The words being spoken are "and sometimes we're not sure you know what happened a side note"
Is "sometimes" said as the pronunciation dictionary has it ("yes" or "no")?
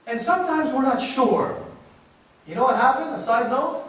yes